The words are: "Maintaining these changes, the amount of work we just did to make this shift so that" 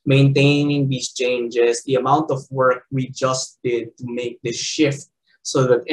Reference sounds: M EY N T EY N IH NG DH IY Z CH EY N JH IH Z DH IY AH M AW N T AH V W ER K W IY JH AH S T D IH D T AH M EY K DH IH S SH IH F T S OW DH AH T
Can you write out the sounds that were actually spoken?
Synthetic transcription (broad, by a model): M EY N T EY N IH NG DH IY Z CH EY N JH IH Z DH IY AH M AW N T AH V W ER K W IY JH AH S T D IH D T AH M EY K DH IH SH IH F T S OW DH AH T